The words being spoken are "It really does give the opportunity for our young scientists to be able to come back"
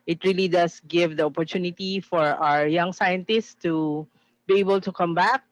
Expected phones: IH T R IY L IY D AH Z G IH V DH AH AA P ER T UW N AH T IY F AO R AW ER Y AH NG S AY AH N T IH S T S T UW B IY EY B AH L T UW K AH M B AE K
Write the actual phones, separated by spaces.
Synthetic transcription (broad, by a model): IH T R IY L IY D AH S G IH V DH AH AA P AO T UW N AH T IY F AO R AW ER Y AH NG S AY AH N T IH S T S T UW B IY EY B AH L T UW K AH M B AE K